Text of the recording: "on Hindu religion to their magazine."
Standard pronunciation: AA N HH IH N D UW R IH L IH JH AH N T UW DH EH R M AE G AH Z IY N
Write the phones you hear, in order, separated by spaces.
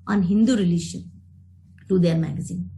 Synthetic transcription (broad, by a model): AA N HH IH N D UW R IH L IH SH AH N T UW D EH R M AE G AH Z IY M